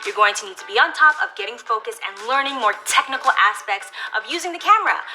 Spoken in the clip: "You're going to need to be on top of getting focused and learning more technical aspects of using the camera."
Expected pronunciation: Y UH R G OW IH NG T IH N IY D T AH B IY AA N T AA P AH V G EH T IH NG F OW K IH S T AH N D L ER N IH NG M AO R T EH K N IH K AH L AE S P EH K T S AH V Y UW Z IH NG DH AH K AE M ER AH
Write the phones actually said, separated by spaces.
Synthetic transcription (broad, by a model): Y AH R G OW IH NG T IH N IY D T AH B IY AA N T AA P AH V G EH T IH NG F OW K IH S T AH N L ER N IH NG M AO R T EH K N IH K L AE S P EH K T S AH V Y UW Z IH NG DH AH K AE M ER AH